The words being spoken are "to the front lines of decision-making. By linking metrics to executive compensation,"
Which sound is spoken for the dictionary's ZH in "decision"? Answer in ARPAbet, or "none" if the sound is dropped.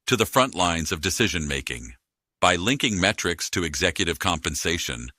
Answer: ZH